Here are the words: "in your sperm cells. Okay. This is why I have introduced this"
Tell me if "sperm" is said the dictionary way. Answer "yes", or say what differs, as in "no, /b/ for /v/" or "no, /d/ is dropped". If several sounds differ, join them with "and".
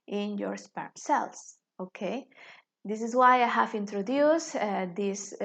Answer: yes